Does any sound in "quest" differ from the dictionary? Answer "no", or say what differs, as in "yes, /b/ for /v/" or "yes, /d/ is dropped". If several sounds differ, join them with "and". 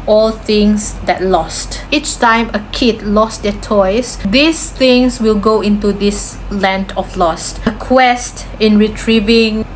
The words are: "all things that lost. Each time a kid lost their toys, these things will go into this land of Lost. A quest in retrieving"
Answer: no